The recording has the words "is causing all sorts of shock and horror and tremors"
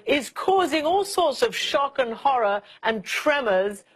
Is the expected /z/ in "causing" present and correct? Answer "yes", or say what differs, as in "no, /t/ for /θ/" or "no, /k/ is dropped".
yes